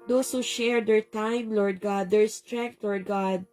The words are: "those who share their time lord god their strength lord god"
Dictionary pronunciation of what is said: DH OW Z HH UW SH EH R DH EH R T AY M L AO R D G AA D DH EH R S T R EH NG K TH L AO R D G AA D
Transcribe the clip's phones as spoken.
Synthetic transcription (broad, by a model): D OW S HH UW SH EH R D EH R T AY M L AO R D G AA D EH R S T R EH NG K T L AO R D G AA D